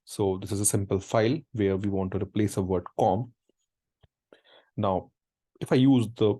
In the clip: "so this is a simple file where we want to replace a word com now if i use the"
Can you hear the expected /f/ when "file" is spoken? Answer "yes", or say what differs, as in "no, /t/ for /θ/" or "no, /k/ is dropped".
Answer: yes